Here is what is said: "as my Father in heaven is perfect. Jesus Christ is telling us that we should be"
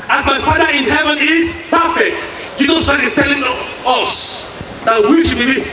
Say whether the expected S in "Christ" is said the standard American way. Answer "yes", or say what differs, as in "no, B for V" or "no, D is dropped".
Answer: no, S is dropped